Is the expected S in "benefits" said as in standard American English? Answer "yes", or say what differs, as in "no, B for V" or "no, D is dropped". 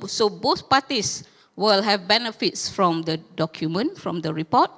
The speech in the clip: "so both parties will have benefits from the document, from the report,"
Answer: yes